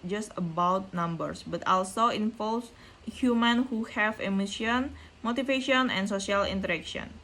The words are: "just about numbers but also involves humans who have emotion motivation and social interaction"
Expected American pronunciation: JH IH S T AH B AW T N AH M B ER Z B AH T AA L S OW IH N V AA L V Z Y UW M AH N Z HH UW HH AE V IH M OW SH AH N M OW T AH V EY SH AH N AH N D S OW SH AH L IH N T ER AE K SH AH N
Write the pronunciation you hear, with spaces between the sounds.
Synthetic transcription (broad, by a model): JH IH S T AH B AW T N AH M B ER S B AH T AA L S OW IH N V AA L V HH Y UW M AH N HH UW HH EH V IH M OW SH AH N M OW T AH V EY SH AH N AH N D S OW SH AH L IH N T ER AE K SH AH N